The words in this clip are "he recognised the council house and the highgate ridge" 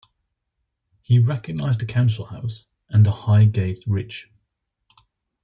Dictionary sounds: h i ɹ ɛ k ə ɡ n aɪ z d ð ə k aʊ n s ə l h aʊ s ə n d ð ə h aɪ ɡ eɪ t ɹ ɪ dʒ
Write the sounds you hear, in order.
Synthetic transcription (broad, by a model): h i ɹ ɛ k ə ɡ n aɪ z d ð ə k aʊ n s ə l h aʊ s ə n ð ə h aɪ ɡ eɪ t ɹ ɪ tʃ